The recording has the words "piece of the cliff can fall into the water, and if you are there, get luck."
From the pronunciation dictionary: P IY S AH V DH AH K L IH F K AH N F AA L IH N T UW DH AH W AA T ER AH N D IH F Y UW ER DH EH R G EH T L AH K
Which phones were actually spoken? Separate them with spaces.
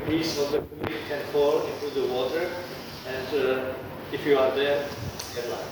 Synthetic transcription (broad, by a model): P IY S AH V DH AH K IY K AH N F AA L IH N T UW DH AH W AA T ER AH N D IH F Y UW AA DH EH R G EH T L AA